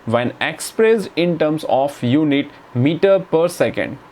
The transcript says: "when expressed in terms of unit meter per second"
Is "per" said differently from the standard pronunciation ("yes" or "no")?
no